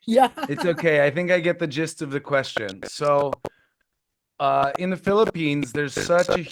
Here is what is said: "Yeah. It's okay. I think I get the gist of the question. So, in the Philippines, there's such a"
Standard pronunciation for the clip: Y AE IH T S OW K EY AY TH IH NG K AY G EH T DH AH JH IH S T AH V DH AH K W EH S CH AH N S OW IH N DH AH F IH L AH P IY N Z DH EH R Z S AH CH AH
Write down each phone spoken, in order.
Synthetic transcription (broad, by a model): Y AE IH T S OW K EY AY TH IH NG K AY G EH T DH AH JH IH S T AH V DH AH K W EH S CH AH N S OW IH N DH AH F IH L AH P IY N Z DH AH R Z S AH CH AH